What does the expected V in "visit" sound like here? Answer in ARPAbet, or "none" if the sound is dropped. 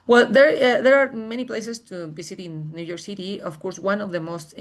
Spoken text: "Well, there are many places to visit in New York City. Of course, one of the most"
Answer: B